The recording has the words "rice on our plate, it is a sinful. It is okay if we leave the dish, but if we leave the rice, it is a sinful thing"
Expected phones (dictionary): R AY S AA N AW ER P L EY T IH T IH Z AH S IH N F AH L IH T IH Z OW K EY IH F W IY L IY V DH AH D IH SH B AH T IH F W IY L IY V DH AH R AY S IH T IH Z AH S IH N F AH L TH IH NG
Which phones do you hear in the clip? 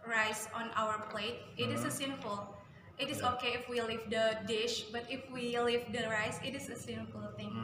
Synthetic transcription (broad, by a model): R AY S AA N AW ER P L EY T IH T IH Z AH S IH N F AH L IH T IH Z OW K EY IH F W IY L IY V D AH D IH SH B AH T IH F W IY L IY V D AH R AY S IH T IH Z AH S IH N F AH L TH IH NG